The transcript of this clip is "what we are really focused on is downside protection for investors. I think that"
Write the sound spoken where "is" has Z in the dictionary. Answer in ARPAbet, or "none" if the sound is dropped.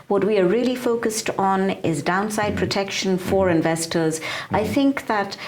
Z